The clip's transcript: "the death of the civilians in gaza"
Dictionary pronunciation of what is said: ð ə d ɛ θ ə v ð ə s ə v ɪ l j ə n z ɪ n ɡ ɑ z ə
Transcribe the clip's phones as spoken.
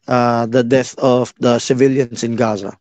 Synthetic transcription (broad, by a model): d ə d ɛ θ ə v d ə s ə v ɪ l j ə n s ɪ n ɡ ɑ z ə